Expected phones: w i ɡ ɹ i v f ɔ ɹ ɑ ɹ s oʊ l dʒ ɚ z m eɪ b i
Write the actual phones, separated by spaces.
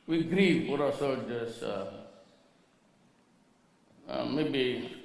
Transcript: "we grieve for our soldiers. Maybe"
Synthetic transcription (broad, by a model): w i ɡ ɹ i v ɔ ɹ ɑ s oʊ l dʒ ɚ s m eɪ b i